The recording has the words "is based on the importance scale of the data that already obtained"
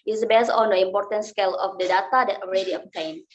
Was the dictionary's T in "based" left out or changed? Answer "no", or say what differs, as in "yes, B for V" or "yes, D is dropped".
yes, T is dropped